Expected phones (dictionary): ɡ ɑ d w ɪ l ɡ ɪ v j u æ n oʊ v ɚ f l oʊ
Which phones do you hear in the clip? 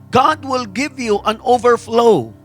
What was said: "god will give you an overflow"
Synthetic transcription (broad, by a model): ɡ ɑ d w ɪ l ɡ ɪ v j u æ n oʊ v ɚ f l oʊ